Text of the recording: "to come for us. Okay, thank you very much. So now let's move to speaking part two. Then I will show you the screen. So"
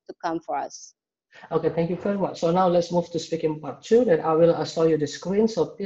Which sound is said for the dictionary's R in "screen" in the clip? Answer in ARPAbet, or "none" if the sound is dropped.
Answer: R